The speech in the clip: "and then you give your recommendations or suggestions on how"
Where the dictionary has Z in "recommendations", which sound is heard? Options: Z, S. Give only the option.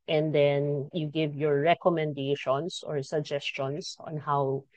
S